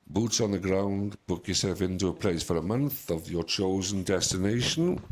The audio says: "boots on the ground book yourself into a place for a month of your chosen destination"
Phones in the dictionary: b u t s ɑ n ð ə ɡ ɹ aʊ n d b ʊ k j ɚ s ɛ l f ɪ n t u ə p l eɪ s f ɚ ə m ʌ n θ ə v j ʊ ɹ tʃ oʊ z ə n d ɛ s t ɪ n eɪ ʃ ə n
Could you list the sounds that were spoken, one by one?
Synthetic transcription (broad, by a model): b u t s n ð ə ɡ ɹ aʊ n d b ʊ k j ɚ s ɛ l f ɪ n t u ə p l eɪ s f ɚ ə m ʌ n θ ə v j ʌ tʃ oʊ z ə n d ɛ s t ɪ n eɪ ʃ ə n